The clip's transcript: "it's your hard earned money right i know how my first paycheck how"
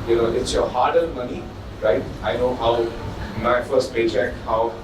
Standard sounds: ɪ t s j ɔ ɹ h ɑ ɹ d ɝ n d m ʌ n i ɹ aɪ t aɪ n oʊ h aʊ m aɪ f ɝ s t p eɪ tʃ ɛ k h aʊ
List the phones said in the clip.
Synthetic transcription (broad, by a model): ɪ t s j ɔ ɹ h ɑ ɹ d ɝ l m ʌ n i ɹ aɪ t aɪ n oʊ h aʊ m aɪ f ɝ s t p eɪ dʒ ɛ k h aʊ